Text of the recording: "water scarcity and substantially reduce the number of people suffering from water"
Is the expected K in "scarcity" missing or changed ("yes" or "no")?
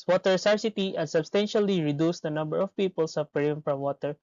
yes